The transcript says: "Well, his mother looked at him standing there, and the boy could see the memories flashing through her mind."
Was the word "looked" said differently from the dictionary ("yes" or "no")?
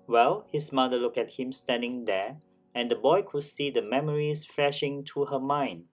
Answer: yes